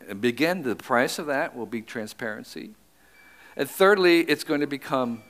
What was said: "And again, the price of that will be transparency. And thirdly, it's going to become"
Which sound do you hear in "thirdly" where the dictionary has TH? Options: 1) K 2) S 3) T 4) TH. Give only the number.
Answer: 4